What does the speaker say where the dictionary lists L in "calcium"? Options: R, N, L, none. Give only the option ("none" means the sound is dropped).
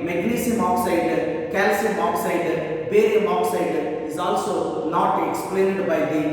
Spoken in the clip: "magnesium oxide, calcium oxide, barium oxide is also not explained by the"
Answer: L